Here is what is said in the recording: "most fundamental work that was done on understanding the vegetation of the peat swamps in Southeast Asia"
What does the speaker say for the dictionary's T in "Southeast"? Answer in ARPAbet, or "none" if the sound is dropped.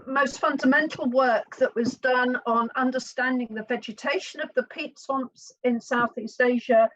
T